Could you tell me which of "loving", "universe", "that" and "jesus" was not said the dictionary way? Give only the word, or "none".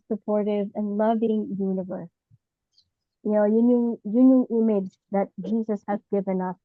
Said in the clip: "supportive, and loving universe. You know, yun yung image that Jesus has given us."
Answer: none